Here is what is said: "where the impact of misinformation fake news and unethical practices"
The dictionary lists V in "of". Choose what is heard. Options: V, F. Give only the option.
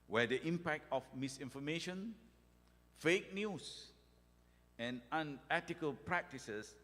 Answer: F